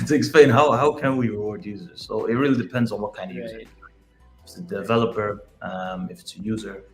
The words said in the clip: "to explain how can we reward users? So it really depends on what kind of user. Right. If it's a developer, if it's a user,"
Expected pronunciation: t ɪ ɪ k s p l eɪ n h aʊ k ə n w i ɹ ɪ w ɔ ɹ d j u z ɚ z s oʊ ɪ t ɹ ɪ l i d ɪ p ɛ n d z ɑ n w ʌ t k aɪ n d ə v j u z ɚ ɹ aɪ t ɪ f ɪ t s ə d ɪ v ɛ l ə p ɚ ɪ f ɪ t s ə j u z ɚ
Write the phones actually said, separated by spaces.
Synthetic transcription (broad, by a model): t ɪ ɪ k s p l eɪ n h aʊ k ə n w i ɹ ɪ w ɔ ɹ d j u z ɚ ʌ s oʊ ɪ t ɹ ɪ l i d ɪ p ɛ n d z n w ʌ t k aɪ n d ə v j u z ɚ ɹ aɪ ɪ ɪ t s ə d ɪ v ɛ l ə p ɚ ɪ f ɪ t s ə j u z ɚ